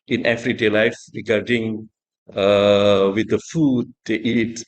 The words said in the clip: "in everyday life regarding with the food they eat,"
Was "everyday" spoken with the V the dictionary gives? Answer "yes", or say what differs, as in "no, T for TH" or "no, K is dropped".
no, F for V